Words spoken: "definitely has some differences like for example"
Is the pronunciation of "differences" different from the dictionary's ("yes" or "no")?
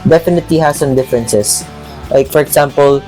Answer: yes